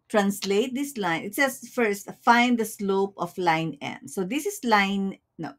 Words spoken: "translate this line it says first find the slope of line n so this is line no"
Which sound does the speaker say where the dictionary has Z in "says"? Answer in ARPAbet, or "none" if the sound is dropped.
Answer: S